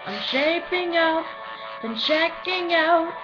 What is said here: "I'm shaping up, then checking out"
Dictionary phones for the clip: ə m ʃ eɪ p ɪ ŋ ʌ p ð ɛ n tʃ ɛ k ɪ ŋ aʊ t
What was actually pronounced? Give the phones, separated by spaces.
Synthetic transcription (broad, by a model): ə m ʃ eɪ p ɪ ŋ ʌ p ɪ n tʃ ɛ k ɪ ŋ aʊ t